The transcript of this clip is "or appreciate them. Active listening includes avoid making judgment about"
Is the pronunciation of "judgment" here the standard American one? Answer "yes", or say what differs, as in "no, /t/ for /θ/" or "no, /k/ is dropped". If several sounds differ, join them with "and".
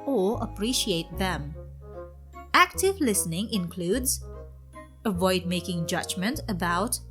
yes